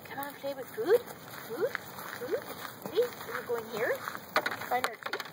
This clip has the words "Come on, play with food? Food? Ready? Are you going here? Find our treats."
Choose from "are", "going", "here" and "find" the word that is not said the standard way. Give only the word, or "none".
find